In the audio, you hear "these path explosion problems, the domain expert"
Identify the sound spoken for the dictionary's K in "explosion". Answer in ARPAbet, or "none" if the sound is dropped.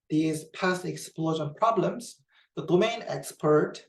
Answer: K